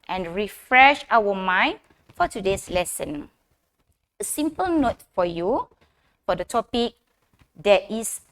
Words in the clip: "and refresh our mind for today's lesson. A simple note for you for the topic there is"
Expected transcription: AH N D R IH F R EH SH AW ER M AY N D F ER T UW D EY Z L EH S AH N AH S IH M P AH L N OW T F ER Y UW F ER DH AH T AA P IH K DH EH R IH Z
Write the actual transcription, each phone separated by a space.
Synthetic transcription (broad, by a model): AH N R IH F R EH SH AW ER M AY N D F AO T UW D EY S L EH S AH N AH S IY M P AH L N OW T F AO Y UW F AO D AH T AA P IH K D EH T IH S